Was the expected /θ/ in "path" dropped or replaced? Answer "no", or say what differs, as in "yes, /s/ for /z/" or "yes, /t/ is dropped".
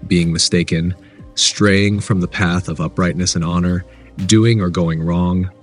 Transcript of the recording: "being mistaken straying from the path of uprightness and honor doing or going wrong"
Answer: no